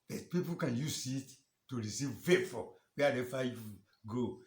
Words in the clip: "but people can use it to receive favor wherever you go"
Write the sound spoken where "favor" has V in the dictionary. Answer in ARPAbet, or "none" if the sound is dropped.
F